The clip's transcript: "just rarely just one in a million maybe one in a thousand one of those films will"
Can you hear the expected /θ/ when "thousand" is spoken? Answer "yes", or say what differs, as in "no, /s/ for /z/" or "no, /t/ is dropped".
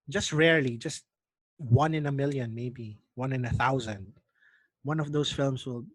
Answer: yes